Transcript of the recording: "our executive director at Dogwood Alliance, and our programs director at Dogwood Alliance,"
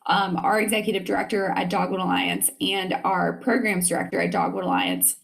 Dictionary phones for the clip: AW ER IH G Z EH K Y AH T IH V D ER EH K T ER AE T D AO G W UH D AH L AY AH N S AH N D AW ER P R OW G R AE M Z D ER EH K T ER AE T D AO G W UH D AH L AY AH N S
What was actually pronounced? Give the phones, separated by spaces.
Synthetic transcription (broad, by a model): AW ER IH G Z EH K Y AH T IH V D ER EH K T ER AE T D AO G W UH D AH L AY AH N S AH N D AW ER P R OW G R AE M Z D ER EH K T ER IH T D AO G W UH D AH L AY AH N S